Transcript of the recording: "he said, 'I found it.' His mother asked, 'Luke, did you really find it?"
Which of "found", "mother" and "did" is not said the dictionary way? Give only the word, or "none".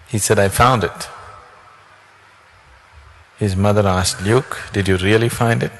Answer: none